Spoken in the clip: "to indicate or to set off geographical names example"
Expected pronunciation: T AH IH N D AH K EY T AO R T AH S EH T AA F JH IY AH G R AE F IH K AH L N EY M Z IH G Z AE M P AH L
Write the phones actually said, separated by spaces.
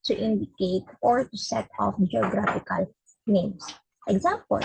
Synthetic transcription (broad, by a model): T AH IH N D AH K EY T AO R T AH S EH T AA F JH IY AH G R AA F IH K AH L N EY M S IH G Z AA M P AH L